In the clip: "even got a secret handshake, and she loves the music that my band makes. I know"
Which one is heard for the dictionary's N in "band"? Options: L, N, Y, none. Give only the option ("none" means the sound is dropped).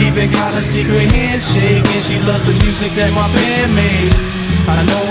none